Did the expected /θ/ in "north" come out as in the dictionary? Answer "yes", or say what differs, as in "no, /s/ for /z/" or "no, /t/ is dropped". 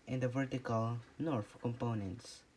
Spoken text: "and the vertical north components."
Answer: no, /f/ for /θ/